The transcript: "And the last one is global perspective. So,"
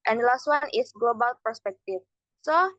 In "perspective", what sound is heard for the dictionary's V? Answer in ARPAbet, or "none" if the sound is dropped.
F